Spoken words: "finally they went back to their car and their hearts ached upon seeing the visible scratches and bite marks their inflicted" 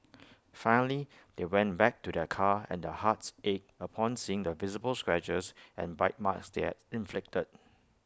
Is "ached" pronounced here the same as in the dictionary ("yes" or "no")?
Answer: no